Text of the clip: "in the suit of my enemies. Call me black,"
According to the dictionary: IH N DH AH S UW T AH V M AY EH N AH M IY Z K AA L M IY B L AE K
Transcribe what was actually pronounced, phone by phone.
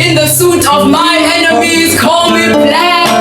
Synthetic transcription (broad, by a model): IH N DH AH S UW T AH V M AY EH N AH M IY Z K AA L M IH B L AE